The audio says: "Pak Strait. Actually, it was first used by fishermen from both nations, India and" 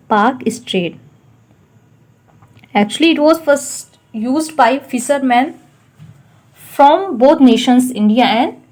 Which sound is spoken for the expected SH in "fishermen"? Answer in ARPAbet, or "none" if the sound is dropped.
S